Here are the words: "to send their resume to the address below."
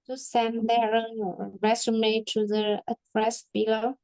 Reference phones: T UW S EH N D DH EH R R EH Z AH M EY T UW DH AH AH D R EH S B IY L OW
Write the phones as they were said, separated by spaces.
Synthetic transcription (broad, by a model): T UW S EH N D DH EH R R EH S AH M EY T UW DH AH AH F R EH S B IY L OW